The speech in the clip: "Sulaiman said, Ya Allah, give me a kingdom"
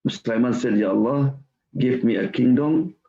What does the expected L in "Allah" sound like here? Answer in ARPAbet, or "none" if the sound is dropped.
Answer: L